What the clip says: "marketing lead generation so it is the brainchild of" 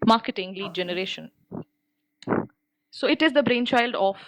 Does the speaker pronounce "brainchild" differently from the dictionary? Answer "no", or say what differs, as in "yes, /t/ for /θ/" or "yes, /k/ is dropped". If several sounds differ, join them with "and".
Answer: no